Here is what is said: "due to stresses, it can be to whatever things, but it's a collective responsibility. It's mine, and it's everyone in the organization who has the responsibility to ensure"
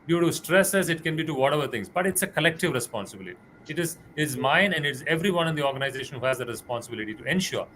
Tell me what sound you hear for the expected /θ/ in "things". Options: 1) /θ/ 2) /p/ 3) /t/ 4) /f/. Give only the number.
3